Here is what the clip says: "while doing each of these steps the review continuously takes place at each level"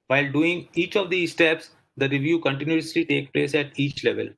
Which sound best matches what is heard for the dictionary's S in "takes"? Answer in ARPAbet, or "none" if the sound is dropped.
none